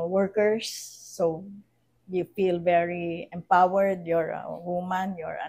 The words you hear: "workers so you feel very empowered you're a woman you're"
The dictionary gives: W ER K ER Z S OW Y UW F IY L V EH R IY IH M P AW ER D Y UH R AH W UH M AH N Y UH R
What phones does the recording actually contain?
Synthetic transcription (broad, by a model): W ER K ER S OW Y UW F IY L V EH R IY IH M P AW ER D Y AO R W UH M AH N Y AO R